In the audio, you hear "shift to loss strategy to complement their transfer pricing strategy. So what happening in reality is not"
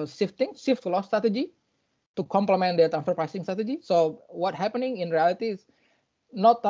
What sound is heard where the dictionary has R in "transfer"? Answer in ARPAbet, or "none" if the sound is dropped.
none